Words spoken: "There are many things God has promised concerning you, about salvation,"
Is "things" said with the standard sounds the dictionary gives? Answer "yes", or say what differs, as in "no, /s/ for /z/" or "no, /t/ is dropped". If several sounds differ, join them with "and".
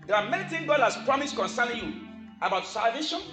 no, /z/ is dropped